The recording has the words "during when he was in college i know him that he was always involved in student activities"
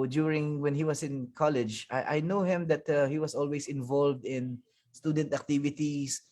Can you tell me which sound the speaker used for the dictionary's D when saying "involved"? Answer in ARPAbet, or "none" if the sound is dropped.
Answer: D